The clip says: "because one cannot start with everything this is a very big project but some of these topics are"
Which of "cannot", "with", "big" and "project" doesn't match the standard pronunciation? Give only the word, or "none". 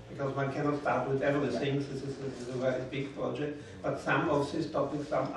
none